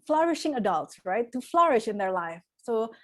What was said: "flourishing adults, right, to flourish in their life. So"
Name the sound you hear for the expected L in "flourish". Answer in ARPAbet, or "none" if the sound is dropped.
L